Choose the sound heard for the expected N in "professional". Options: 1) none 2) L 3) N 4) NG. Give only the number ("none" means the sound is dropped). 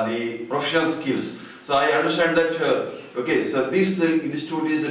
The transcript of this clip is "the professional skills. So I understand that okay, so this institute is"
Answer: 1